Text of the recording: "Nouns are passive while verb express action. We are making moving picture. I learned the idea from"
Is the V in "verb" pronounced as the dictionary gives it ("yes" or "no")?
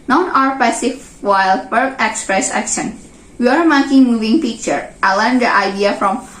no